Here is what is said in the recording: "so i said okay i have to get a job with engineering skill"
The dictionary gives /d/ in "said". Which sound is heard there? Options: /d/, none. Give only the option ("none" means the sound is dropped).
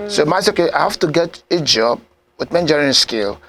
none